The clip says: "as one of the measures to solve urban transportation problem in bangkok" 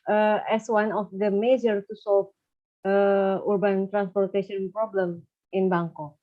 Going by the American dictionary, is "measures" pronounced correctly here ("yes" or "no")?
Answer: no